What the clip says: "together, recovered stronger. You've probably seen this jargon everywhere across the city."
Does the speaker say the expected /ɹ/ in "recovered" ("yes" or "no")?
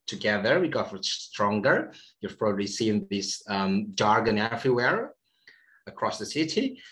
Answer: no